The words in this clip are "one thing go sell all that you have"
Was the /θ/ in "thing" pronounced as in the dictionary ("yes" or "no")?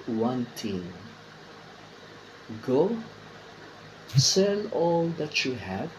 no